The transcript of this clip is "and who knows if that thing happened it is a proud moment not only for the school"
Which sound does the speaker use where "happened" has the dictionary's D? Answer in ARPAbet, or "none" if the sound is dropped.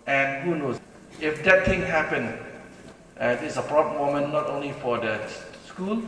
none